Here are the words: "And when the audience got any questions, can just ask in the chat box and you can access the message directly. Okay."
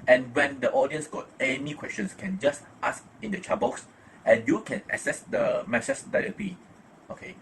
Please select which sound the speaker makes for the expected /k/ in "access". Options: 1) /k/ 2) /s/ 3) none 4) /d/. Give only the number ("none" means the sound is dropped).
3